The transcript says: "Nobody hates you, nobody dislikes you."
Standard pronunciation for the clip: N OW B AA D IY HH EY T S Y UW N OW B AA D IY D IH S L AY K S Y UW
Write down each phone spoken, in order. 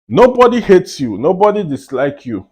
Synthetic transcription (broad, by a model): N OW B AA D IY HH EY T S Y UW N OW B AA D IY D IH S L AY K Y UW